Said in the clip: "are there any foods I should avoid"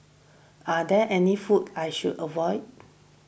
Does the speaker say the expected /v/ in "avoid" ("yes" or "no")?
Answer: yes